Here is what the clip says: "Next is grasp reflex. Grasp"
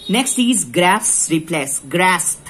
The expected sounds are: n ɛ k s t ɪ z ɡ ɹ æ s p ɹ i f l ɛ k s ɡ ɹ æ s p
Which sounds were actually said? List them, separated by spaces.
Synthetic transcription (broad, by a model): n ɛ k s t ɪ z ɡ ɹ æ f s ɹ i p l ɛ s ɡ ɹ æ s